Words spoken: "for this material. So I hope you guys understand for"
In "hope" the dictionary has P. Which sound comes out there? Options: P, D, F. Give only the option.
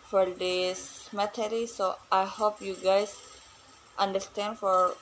P